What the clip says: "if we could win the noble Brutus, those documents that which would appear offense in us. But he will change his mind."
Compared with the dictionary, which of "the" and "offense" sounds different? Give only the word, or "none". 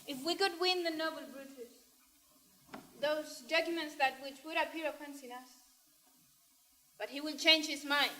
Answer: offense